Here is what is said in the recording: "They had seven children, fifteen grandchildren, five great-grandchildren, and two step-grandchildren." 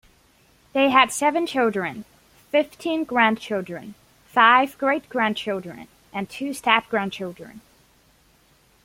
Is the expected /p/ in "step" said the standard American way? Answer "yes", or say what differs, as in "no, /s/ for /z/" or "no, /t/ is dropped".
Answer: no, /f/ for /p/